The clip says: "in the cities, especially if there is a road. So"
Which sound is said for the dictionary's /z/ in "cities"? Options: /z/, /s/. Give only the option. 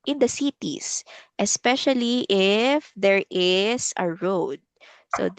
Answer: /s/